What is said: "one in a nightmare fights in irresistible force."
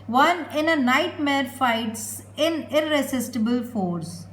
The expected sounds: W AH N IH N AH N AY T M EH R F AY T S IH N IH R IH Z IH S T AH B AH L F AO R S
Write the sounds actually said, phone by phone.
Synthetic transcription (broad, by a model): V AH N IH N AH N AY T M EH R F AY T S IH N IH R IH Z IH S T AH B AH L F AO R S